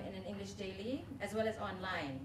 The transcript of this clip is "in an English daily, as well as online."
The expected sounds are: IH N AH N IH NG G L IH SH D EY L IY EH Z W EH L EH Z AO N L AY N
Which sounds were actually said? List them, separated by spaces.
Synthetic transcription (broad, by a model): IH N AH N IH NG G L IH SH D EY L IY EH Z W EH L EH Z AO N L AY N